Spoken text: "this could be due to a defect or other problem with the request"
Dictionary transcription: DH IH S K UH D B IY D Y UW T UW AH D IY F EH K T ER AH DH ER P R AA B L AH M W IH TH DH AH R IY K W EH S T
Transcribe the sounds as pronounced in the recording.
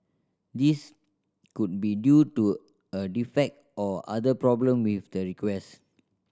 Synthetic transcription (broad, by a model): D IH S K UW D B IY D Y UW T UW AH D IY F EH K T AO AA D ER P R AA B L AH M W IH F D AH R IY K W EH S